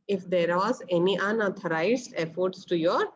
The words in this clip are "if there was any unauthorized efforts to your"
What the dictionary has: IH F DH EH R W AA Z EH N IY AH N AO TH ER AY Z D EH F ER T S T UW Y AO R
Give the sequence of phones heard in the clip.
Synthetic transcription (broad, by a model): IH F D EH R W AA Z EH N IY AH N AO T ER AY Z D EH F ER T S T UW Y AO R